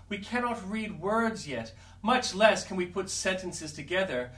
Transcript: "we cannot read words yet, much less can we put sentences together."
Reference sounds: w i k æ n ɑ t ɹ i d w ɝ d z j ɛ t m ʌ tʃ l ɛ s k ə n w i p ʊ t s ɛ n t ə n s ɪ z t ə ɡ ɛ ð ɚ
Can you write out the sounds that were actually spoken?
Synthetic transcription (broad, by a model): w i k æ n ɑ t ɹ i d w ɝ d z j ɛ t m ʌ tʃ l ɛ s k ə n w i p ʊ t s ɛ n t ə n s ɪ z t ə ɡ ɛ ð ɚ